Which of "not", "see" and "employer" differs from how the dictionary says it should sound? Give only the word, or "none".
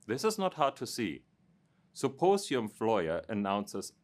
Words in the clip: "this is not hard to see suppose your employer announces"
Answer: employer